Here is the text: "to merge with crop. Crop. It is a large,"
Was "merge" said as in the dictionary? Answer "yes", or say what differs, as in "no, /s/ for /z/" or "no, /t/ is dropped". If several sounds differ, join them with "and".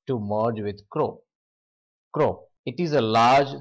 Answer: yes